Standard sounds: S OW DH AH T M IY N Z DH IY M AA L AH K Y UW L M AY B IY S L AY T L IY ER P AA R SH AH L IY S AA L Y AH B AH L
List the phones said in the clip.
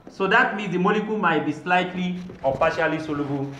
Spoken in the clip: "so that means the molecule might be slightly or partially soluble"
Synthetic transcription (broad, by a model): S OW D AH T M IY Z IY M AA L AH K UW M AY B IY S L AY T L IY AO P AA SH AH L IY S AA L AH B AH